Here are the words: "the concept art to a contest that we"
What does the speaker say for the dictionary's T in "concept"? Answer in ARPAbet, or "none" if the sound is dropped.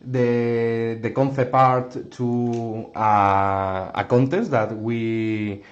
none